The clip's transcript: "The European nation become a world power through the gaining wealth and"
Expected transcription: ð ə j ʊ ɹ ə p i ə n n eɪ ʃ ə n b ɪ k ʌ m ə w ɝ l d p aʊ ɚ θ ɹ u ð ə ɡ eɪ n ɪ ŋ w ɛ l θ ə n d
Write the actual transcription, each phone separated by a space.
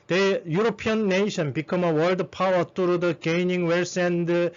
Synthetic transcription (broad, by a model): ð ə j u ɹ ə p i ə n n eɪ ʃ ə n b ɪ k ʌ m ə w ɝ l d p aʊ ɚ t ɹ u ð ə ɡ eɪ n ɪ ŋ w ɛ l s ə n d